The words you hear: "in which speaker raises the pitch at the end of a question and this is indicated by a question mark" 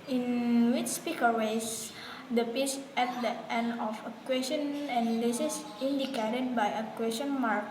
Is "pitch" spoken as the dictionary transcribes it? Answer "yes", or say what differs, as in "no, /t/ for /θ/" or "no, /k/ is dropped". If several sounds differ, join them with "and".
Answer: no, /s/ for /tʃ/